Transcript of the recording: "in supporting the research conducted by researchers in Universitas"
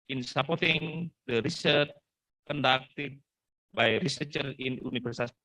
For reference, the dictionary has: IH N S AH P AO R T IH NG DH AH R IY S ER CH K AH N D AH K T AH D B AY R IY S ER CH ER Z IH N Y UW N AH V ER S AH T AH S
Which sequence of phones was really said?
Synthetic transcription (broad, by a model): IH N S AH P AO R T IH NG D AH R IY S ER CH K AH N D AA K T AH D B AY R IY S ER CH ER IH N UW N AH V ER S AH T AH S